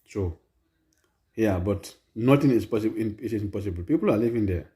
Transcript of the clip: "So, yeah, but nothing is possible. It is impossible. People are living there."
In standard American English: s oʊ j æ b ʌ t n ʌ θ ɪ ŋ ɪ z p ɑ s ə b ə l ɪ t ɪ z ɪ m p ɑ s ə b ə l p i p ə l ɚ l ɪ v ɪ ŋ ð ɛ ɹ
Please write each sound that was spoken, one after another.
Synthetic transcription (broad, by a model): s oʊ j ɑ b ʌ t n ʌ t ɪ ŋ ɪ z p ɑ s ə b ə n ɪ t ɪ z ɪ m p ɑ s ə b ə l p i p ə l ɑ l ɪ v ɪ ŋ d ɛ